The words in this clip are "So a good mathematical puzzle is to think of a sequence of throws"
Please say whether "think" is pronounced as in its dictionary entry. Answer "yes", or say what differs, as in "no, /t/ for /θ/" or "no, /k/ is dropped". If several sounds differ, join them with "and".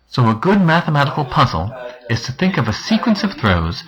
yes